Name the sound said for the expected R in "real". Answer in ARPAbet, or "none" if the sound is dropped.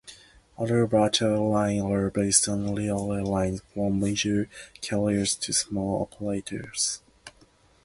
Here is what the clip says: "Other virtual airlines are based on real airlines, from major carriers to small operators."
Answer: L